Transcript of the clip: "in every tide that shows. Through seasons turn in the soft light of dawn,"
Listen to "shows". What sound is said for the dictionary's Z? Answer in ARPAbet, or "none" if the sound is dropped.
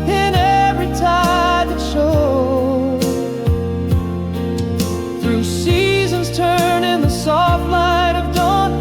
none